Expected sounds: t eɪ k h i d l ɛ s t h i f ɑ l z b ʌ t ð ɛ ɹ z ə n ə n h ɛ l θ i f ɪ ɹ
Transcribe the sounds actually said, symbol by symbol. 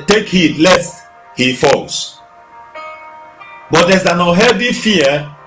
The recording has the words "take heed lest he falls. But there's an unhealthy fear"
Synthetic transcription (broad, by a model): t eɪ k h i d l ɛ s t h i f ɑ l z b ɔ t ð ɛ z ə n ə h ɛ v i f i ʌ